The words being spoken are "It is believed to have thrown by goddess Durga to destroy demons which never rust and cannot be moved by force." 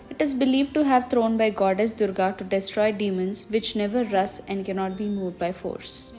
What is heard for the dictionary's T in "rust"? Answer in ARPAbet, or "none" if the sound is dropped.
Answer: none